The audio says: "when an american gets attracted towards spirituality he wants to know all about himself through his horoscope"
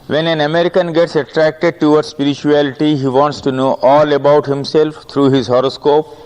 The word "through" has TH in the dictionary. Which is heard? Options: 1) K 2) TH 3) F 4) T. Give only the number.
4